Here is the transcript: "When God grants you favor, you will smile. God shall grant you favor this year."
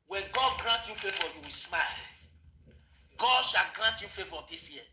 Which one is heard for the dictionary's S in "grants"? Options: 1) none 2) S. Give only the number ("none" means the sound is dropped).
1